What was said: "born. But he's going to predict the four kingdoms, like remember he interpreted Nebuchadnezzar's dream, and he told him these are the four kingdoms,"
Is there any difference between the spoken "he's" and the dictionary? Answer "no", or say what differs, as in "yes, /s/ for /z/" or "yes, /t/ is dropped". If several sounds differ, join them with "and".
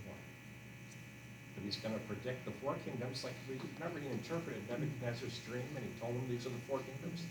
no